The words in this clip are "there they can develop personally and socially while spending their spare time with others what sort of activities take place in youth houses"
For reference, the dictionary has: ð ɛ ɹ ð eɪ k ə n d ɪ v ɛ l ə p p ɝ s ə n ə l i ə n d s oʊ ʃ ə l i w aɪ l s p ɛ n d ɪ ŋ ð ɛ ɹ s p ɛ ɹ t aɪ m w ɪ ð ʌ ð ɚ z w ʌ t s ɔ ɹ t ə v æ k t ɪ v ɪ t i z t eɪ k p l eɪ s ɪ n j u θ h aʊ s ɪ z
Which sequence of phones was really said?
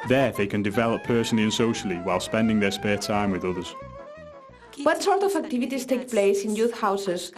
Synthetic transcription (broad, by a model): ð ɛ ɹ ð eɪ k ə n d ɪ v ɛ l ə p p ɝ s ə n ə l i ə n s oʊ ʃ ə l i w aɪ l s p ɛ n d ɪ ŋ ð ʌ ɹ s p ɛ t aɪ m w ɪ ð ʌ ð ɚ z w ʌ t s ɔ ɹ t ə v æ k t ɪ v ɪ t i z t eɪ k p l eɪ s ɪ n j u θ h aʊ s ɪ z